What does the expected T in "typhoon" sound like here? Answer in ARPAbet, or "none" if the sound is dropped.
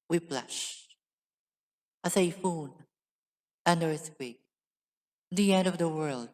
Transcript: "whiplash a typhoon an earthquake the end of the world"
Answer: S